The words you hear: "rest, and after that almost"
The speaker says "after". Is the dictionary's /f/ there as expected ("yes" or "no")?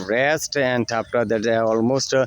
no